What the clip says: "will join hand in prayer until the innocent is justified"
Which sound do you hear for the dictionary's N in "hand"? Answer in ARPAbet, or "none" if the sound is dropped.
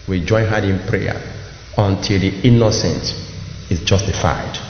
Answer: none